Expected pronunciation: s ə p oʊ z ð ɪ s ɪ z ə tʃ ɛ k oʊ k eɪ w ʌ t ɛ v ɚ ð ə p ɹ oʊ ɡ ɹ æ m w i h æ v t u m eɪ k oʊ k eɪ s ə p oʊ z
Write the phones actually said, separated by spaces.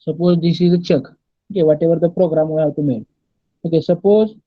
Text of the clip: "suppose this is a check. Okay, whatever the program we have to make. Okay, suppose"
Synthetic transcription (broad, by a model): s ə p oʊ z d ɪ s ɪ z ə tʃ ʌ k oʊ k eɪ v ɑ t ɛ v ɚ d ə p ɹ oʊ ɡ ɹ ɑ m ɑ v t u m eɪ oʊ k eɪ s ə p oʊ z